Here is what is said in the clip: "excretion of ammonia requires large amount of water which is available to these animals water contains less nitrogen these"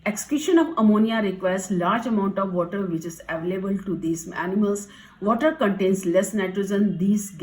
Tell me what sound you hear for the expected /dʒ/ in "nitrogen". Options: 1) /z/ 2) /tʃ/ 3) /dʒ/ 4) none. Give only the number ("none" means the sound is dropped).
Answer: 1